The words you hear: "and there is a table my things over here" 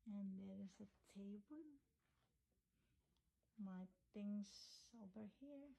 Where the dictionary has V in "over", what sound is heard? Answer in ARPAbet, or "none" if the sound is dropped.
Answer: B